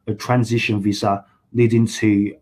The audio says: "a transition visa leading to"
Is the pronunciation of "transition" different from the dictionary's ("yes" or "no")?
no